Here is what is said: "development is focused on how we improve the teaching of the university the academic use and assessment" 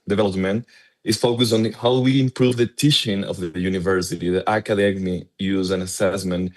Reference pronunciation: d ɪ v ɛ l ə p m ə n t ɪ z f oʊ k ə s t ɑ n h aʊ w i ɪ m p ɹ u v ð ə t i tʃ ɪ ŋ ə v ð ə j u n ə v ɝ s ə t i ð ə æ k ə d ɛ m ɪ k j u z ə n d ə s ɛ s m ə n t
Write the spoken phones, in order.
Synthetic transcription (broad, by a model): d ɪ v ɛ l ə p m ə n t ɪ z f oʊ k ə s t ɑ n h aʊ w i ɪ m p ɹ u v ð ə t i ʃ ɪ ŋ ə v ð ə j u n ə v ɝ s ə t i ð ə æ k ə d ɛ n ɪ j u z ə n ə s ɛ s m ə n t